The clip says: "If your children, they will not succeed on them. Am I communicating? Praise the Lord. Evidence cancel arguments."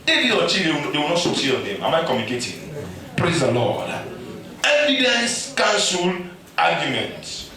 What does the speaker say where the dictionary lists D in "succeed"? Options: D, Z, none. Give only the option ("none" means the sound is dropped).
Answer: none